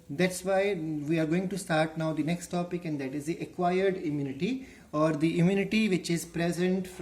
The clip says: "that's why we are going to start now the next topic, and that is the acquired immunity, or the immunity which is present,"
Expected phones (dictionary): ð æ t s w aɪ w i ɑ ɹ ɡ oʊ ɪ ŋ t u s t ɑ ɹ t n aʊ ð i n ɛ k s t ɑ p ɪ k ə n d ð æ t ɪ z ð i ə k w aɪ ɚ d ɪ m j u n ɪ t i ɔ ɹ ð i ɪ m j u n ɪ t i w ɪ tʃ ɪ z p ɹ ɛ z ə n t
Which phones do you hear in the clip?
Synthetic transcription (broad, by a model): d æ t s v aɪ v i ɑ ɹ ɡ oʊ ɪ ŋ t u s t ɑ ɹ t n aʊ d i n ɛ k s t ɑ p ɪ k ə n d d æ t ɪ z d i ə k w aɪ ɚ d ɪ m j u n ɪ t i ɔ ɹ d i ɪ m j u n ɪ t i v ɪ tʃ ɪ z p ɹ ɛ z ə n t